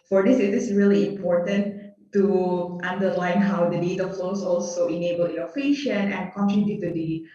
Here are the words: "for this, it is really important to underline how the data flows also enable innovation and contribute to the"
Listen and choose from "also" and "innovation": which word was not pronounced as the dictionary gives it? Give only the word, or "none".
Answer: innovation